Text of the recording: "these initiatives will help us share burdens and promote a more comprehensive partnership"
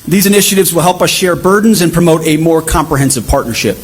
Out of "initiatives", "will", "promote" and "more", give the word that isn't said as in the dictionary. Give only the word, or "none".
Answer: none